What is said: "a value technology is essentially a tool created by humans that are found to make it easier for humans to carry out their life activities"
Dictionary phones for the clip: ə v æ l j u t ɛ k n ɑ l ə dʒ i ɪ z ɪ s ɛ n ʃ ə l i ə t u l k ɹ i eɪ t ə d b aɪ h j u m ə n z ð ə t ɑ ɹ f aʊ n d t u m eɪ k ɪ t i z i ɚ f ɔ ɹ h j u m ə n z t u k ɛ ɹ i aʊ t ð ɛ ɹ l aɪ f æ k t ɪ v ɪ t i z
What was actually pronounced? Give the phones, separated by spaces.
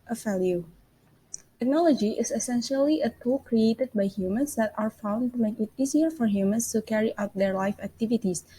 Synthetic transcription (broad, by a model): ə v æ l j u t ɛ k n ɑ l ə dʒ i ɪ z ɪ s ɛ n ʃ ə l i ə t u l k ɹ i eɪ t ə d b aɪ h j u m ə n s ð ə t ɑ ɹ f aʊ n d t u m eɪ k ɪ t i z i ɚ f ɔ ɹ h j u m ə n s t u k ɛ ɹ i aʊ t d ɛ ɹ l aɪ f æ k t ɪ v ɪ t i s